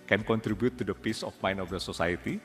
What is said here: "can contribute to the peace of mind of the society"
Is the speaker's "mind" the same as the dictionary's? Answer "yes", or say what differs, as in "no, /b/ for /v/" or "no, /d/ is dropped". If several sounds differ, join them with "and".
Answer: no, /d/ is dropped